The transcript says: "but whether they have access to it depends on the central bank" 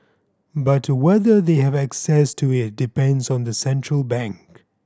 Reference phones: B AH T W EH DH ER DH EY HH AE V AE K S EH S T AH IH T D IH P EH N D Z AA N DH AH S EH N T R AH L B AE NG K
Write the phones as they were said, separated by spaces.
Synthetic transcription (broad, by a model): B AH T W EH DH ER DH EY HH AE V AE K S EH S T AH IH T D IH P EH N D Z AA N DH AH S EH N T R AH L B AE NG K